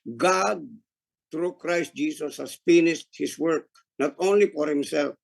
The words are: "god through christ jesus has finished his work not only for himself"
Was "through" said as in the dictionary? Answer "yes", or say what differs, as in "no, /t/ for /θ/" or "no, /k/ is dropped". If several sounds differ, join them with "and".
no, /t/ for /θ/